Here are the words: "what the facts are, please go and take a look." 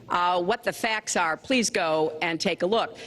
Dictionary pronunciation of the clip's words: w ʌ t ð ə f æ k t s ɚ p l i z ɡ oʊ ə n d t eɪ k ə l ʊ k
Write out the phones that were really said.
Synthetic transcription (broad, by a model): w ʌ t ð ə f æ k t s ɚ p l i z ɡ oʊ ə n t eɪ k ə l ʊ k